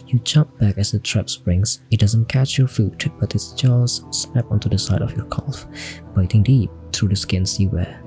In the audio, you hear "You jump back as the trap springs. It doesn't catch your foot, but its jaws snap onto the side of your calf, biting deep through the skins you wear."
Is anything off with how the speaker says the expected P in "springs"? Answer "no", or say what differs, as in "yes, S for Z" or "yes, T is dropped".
yes, B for P